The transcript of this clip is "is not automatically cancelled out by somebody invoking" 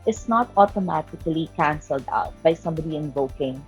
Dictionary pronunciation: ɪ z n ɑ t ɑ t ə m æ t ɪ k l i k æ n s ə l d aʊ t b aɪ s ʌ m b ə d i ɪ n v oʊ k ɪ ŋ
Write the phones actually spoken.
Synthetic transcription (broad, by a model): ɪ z n ɑ t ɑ t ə m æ t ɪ k l i k æ n s ə l d aʊ t b aɪ s ʌ m b ə d i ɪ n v oʊ k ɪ ŋ